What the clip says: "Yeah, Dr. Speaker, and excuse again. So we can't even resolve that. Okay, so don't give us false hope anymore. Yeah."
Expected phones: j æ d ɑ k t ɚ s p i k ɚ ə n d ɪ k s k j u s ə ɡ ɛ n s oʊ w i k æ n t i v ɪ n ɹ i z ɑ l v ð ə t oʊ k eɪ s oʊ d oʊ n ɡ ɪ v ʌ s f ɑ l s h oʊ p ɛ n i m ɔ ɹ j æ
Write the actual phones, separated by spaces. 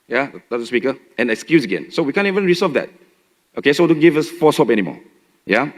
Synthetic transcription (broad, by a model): j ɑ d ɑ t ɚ s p i k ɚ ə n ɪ k s k j u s ə ɡ ɛ n s oʊ w i k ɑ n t i v ɪ n ɹ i s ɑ v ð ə t oʊ k eɪ s oʊ d oʊ n ɡ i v ʌ s f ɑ s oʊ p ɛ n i m ɔ j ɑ